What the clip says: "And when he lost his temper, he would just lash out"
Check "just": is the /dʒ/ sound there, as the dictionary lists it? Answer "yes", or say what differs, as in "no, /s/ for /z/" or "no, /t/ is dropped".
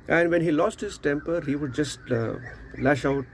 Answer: yes